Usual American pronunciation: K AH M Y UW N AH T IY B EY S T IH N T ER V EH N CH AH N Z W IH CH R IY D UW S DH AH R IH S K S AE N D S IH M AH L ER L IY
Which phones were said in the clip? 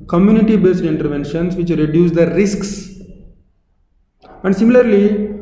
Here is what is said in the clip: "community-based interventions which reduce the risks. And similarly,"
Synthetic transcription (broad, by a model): K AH M Y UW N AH T IY B EY S T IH N T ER V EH N SH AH N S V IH CH R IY D UW S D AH R IH S K S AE N D S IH M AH L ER L IY